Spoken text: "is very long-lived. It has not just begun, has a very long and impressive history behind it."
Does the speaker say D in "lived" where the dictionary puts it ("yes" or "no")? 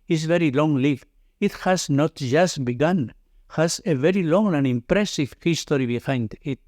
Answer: no